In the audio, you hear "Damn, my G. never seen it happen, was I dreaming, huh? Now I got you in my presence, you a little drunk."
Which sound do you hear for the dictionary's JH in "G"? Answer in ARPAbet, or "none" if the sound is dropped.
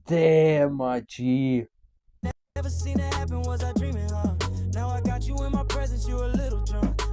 CH